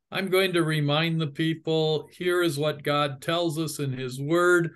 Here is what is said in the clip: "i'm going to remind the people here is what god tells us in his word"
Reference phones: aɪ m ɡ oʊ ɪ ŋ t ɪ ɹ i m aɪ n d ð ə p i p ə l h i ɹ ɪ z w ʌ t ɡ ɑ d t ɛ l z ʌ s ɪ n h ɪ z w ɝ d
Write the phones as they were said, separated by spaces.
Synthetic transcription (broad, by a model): aɪ m ɡ oʊ ɪ ŋ t ɪ ɹ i m aɪ n ð ə p i p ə l h i ɹ ɪ z w ʌ t ɡ ɑ d t ɛ l z ʌ s ɪ n ɪ z w ɝ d